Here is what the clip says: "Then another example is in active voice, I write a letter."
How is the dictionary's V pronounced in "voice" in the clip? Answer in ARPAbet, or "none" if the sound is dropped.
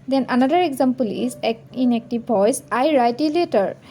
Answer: P